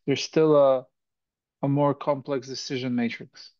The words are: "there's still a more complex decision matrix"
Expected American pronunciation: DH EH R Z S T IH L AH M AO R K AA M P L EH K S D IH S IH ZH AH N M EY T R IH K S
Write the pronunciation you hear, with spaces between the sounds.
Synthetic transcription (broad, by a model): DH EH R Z S T IH L AH M AO R K AA M P L EH K S D IH S IH ZH AH N M EY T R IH K S